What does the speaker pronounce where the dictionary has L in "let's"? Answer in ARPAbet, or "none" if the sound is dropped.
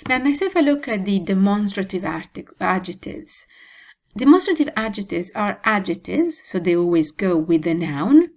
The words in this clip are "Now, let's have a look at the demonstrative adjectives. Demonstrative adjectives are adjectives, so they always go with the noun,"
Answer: N